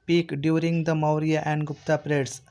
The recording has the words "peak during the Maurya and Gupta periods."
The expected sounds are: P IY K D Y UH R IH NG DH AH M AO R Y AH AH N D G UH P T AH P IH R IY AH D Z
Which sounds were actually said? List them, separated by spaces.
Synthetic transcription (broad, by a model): P IY K D Y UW R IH NG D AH M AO R Y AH AH N D G UH P T AH P R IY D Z